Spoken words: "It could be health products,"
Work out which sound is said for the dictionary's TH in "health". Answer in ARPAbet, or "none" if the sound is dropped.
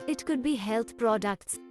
T